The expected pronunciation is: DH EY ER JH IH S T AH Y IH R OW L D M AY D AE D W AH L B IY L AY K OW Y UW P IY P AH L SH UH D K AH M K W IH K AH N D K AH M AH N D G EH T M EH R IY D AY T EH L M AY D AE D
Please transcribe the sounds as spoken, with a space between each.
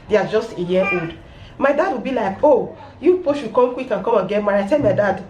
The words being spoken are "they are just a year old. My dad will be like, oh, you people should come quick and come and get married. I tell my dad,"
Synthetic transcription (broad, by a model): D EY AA JH IH S T AH Y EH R OW L D M AY D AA D W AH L B IY L AY K OW Y UW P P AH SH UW K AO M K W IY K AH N K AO M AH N G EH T M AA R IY IH T EH L M AY D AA D